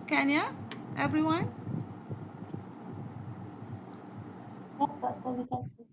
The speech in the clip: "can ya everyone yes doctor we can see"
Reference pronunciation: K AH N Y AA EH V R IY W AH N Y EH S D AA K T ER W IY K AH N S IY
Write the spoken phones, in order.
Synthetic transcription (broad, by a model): K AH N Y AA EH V R IY W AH N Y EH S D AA T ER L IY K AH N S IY